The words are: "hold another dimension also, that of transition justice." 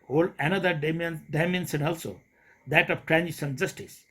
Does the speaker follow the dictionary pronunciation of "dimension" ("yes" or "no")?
no